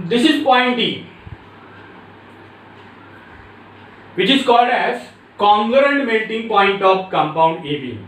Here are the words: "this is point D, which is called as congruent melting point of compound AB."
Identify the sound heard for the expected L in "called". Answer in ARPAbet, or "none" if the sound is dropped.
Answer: L